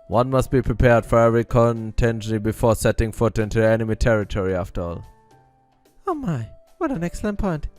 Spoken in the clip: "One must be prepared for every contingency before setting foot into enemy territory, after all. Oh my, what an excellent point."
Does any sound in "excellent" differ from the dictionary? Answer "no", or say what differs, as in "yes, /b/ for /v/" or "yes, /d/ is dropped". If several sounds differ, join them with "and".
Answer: no